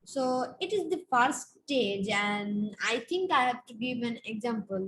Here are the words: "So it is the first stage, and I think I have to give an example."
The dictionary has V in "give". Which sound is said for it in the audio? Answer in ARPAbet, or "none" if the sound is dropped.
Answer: V